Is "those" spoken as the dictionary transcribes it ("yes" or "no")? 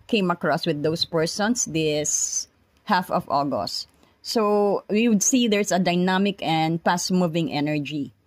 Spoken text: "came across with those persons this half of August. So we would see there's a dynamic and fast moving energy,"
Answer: no